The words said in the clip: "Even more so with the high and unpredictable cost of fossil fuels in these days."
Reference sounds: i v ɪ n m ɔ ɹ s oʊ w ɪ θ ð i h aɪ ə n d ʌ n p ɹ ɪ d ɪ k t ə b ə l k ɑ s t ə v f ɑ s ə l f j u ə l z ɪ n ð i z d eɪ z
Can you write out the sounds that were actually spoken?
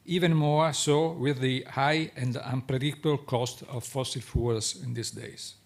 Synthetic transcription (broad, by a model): i v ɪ n m ɔ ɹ s oʊ w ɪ ð i h aɪ ə n d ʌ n p ɹ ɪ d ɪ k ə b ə l k ɑ s t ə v f ɑ s ə l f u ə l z ɪ n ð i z d eɪ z